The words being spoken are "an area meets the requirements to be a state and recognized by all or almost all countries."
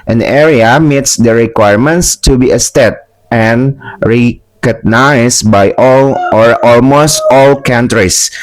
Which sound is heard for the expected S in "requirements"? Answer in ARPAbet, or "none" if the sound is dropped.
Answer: S